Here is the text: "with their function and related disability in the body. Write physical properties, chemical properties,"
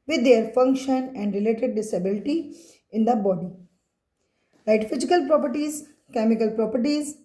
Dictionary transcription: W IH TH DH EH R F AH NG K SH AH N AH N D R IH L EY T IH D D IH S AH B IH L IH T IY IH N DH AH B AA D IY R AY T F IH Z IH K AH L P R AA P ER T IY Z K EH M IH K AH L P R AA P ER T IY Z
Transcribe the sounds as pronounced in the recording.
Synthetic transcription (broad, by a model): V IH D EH R F AH NG K SH AH N AH N D R IH L EY T IH D D IH S AH B IH L IH T IY IH N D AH B AA D IY L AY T F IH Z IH K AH L P R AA P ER T IY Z K EH M IH K AH L P R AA P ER T IY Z